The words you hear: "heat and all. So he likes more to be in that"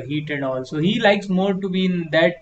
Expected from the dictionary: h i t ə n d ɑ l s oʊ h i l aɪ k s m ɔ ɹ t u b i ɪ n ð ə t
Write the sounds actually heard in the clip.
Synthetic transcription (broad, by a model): h i t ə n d ɑ l s oʊ h i l aɪ k s m ɔ ɹ t u b i ɪ n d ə t